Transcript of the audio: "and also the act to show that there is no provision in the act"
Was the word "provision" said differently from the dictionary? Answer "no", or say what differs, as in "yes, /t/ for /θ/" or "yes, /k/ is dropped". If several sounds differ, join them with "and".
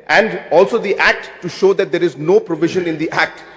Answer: no